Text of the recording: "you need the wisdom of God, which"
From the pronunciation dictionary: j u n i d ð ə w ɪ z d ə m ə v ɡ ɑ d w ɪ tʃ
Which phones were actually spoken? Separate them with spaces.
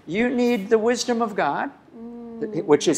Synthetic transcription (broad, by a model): j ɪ n i d ð ə w ɪ z d ə m ə v ɡ ɑ d w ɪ tʃ